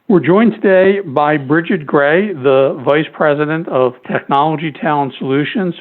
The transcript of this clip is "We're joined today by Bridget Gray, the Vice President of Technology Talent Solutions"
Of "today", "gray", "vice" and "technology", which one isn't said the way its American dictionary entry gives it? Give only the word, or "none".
none